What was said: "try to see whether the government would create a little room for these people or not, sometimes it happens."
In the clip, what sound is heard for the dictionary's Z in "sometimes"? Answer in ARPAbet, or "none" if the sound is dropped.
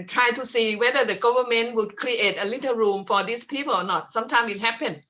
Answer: none